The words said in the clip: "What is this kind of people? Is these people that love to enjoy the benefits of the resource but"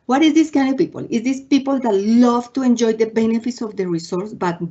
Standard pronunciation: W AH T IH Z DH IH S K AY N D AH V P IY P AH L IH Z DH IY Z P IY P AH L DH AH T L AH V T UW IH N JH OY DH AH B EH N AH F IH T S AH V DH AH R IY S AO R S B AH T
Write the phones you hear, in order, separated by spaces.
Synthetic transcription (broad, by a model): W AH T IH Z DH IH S K AY N D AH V P IY P AH L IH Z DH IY S P IY P AH L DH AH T L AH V T UW IH N JH OY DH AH B EH N AH F IH T S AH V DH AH R IY S AO R S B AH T